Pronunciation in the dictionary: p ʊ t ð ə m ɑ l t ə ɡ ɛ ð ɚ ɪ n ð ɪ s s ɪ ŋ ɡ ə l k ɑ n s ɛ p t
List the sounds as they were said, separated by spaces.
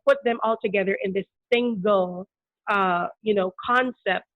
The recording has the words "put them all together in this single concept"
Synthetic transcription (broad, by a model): p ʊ t ð ə m ɑ l t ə ɡ ɛ ð ɚ ɪ n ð ɪ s s ɪ ŋ ɡ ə n k ɑ n s ɛ p t